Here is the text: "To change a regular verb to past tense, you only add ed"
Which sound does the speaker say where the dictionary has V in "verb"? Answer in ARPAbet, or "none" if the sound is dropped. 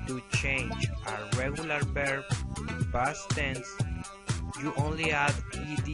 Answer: B